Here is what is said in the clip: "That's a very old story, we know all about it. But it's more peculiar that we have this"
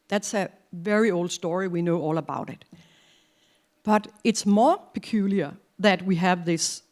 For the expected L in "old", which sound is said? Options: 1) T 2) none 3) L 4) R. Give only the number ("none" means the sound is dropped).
3